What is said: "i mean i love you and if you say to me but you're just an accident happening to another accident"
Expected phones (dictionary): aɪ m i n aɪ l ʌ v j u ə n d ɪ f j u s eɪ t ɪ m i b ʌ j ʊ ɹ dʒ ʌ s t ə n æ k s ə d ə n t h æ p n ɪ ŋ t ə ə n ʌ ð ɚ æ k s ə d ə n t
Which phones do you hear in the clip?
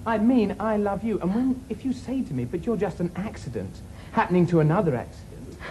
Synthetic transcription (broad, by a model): aɪ m i n aɪ l ʌ v j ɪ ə n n ɪ f j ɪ s eɪ t ɪ m i b ʌ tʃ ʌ ɹ dʒ ʌ s t ə n æ k s ə d ə n t h æ p n ɪ ŋ t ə ə n ʌ ð ɚ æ k s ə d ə n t